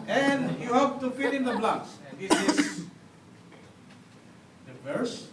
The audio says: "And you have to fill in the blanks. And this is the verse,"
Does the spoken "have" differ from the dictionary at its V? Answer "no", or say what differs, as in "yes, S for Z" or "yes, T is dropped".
yes, P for V